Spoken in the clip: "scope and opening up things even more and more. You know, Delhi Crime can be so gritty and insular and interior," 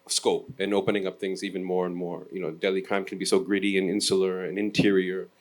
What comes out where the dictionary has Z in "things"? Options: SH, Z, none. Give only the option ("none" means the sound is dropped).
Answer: Z